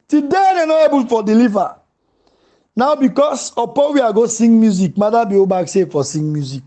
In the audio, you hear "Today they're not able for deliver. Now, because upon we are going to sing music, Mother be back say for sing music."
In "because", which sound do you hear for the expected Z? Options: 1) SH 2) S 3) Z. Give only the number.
2